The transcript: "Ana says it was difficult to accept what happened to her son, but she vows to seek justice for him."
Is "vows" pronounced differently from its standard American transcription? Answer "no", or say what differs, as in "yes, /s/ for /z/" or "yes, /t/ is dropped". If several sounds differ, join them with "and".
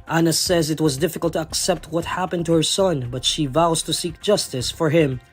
no